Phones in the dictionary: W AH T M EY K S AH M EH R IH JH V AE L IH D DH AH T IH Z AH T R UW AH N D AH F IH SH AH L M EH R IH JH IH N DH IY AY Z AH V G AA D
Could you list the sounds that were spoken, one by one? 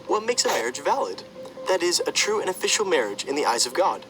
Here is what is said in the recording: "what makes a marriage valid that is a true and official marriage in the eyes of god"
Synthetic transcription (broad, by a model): W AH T M EY K S AH M EH R IH JH V AE L IH D DH AH T IH Z AH T R UW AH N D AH F IH SH L M EH R IH JH IH N DH IY AY Z AH V G AA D